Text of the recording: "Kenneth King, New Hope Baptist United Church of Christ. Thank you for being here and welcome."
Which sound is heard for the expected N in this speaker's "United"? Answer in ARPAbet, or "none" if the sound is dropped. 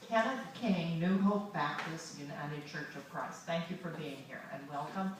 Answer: N